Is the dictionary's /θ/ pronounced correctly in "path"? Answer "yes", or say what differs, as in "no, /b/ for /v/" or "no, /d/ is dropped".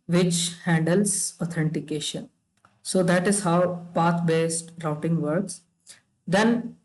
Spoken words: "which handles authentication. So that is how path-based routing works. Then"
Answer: no, /t/ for /θ/